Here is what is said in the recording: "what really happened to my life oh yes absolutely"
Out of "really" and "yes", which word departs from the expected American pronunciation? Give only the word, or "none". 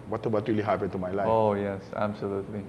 none